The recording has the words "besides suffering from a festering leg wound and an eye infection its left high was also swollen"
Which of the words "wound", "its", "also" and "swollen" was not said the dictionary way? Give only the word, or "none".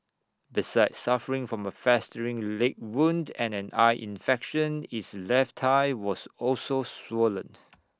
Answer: none